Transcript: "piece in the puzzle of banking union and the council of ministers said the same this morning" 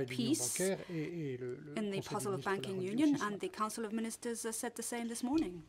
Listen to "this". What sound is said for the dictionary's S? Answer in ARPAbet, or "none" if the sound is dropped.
S